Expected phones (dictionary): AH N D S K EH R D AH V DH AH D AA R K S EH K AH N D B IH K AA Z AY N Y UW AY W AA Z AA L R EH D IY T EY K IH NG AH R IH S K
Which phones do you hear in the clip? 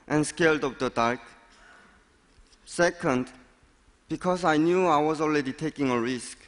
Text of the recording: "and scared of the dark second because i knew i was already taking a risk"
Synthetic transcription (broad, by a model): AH N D S K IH L D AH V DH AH D AA R K S EH K AH N D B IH K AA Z AY N Y UW AY W AA Z AA L R EH D IY T EY K IH NG AH R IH S K